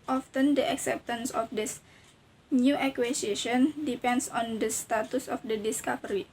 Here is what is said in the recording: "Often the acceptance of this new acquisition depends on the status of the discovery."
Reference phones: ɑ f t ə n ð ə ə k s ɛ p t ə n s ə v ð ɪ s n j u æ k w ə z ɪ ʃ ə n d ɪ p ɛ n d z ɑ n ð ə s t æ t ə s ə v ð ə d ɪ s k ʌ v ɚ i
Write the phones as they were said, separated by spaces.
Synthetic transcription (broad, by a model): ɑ f t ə n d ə ə k s ɛ p t ə n s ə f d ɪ s n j u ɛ k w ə s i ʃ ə n d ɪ p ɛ n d s ɑ n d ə s t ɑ t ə s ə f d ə d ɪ s k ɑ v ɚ i